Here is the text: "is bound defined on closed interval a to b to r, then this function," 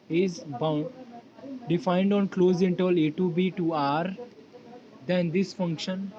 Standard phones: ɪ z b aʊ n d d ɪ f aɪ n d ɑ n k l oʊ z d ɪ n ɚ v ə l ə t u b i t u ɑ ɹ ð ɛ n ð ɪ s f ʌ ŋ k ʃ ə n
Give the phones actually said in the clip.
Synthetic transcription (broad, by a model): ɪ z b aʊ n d d ɪ f aɪ n d ɑ n k l oʊ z ɪ n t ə l ə t u b i t u ɑ ɹ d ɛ n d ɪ s f ʌ ŋ k ʃ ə n